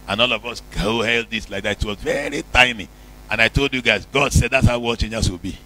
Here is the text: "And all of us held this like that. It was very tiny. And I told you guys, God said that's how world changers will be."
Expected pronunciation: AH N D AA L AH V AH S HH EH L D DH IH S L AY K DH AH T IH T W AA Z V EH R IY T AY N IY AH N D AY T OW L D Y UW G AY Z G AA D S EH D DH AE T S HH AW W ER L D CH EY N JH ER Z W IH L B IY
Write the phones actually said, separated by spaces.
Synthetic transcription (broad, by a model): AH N AA L AH V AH S HH EH L D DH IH S L AY K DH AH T IH T W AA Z V EH R IY T AY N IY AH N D AY T OW L D Y UW G AY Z G AA D S EH D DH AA T S HH AW W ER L CH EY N JH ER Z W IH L B IY